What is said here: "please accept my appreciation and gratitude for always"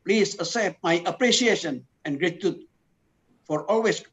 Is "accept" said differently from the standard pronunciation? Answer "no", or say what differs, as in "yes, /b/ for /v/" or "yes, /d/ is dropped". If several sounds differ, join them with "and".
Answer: yes, /k/ is dropped